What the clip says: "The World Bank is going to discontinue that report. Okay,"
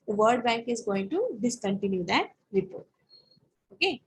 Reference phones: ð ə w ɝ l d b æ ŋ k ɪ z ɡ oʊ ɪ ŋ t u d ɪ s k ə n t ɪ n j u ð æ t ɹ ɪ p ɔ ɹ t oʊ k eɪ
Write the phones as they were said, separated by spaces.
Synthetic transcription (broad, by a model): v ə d d b æ ŋ k ɪ z ɡ oʊ ɪ ŋ t u d ɪ s k ə n t ɪ n j u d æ t ɹ ɪ p ɔ ɹ t oʊ k eɪ